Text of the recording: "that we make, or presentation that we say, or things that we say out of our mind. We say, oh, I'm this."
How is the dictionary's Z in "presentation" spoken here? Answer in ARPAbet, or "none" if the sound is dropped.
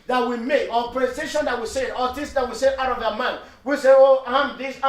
S